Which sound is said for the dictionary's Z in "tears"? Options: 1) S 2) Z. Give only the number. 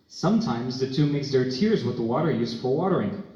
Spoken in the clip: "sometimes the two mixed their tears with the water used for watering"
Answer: 2